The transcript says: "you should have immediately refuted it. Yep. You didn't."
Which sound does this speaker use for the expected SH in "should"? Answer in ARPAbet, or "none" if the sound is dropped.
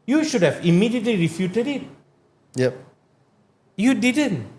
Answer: SH